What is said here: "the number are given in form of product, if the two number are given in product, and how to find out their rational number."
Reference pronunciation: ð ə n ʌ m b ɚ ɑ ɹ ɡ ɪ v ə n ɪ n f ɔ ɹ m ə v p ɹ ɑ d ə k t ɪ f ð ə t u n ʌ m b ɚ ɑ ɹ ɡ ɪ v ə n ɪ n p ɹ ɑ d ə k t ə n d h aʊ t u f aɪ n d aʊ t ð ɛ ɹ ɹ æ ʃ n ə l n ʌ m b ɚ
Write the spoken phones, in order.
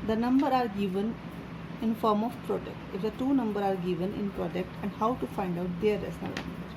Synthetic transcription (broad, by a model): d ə n ʌ m b ɚ ɑ ɹ ɡ ɪ v ə n ɪ n f ɔ ɹ m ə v p ɹ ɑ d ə k t ɪ f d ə t u n ʌ m b ɚ ɑ ɹ ɡ ɪ v ə n ɪ n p ɹ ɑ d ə k t ə n d h aʊ t u f aɪ n d aʊ t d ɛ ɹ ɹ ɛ s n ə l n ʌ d